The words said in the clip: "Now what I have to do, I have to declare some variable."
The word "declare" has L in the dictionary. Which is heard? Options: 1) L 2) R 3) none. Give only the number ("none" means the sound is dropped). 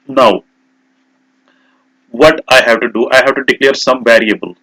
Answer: 1